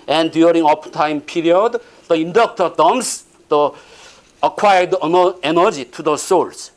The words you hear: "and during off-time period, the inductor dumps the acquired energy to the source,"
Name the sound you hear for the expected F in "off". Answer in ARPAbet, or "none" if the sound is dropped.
P